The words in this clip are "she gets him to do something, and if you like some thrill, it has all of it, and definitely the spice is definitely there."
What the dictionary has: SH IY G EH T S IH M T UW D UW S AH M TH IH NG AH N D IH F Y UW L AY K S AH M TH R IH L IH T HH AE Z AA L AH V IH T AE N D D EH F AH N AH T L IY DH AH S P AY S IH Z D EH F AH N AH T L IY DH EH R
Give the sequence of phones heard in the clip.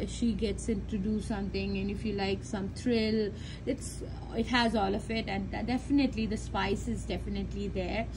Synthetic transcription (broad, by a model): SH IY G EH T S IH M T UW D UW S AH M T IH NG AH N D IH F Y UW L AY K S AH M T R IH L IH T HH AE Z AA L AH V IH T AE N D D EH F AH N AH T L IY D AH S P AY S IH Z D EH F AH N AH T L IY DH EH R